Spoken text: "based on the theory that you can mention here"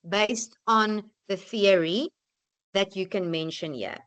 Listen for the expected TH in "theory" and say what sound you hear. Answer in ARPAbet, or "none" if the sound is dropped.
TH